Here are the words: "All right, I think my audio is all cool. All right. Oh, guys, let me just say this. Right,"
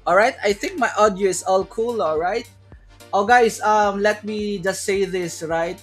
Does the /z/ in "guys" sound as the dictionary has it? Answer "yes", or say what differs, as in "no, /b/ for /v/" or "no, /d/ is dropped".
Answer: no, /s/ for /z/